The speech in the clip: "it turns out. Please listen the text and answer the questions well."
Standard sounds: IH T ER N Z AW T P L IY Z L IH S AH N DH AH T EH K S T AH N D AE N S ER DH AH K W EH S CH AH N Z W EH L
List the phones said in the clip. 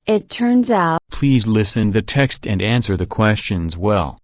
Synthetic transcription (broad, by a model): IH T ER N Z AW P L IY Z L IH S AH N DH AH T EH K S T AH N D AE N S ER DH AH K W EH S CH AH N Z W EH L